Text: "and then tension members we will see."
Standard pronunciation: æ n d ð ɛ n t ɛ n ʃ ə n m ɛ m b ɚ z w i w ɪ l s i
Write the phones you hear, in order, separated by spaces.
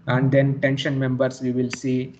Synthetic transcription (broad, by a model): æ n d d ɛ n t ɛ n ʃ ə n m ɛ m b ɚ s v i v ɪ l s i